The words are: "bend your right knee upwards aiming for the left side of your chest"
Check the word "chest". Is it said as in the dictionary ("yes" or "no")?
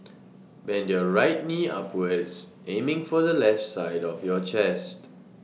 yes